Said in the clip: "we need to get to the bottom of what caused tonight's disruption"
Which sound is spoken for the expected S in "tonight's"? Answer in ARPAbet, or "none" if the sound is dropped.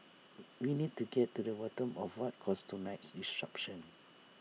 S